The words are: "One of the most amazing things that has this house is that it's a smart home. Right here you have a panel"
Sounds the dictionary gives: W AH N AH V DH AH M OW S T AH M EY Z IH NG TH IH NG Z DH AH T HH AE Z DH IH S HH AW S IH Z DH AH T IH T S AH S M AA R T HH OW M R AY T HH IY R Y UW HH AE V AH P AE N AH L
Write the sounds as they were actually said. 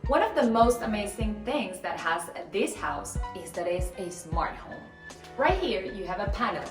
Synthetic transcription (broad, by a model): W AH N AH V DH AH M OW S T AH M EY Z IH NG TH IH NG Z DH AH T HH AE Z DH IH S HH AW S IH Z DH AH T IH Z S AH S M AA R T HH OW M R AY T HH IY R Y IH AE V AH P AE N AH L